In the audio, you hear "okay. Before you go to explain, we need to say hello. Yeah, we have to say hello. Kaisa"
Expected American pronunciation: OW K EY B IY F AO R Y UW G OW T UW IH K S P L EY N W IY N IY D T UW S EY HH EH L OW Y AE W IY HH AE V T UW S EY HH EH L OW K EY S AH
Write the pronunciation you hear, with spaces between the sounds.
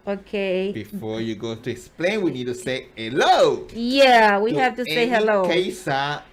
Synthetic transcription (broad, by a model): OW K EY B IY F AO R Y UW G OW T UW IH K S P L EY N W IY N IY D T UW S EY HH EH L OW Y AE W IY HH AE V T UW S EY HH EH L OW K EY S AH